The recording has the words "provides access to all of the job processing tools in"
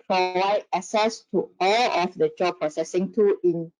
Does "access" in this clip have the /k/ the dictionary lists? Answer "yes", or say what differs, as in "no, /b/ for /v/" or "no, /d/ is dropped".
no, /k/ is dropped